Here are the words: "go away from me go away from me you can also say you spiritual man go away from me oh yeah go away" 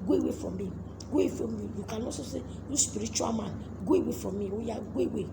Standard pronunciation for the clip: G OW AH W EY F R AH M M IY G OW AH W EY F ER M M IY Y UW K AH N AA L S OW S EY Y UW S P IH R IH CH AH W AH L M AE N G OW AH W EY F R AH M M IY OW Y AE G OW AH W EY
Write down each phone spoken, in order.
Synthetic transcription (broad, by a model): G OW AH W EY F R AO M M IY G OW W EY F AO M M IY Y UW K AH N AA S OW S EY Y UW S P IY R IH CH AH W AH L M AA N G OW AH W EY F R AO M M IY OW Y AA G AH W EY